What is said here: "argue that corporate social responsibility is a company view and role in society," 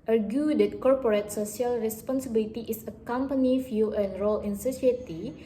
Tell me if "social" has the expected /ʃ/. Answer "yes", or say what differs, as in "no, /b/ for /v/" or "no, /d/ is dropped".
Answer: no, /s/ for /ʃ/